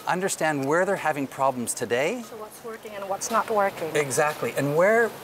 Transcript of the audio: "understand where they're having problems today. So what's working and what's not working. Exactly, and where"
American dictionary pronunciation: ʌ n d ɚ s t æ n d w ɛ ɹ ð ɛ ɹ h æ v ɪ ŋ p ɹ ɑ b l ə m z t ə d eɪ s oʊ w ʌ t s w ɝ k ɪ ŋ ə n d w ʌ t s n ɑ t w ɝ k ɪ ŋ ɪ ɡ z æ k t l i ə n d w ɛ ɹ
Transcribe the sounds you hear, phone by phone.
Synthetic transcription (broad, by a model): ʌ n d ɚ s t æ n d w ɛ ɹ ð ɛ ɹ h æ v ɪ ŋ p ɹ ɑ b l ə m z t ə d eɪ s oʊ w ʌ t s w ɝ k ɪ ŋ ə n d w ʌ t s n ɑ t w ɝ k ɪ ŋ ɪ ɡ z æ k t l i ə n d w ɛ ɹ